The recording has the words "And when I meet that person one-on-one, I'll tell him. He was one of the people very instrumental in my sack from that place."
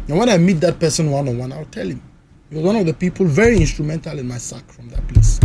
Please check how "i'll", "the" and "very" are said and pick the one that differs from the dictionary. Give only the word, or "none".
i'll